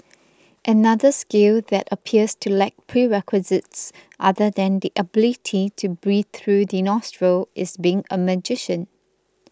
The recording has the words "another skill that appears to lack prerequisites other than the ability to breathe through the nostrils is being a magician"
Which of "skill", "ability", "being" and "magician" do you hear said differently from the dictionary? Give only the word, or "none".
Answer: none